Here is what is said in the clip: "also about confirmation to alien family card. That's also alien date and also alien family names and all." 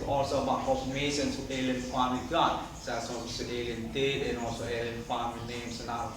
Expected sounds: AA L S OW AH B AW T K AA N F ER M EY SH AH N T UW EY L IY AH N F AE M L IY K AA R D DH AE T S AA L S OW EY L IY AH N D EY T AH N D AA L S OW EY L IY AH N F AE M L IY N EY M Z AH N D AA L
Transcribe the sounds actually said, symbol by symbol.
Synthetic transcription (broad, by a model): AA L S OW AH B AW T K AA F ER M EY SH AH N S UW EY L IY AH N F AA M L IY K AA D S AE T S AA S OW EY L IY AH N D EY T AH N AA L S OW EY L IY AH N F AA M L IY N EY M S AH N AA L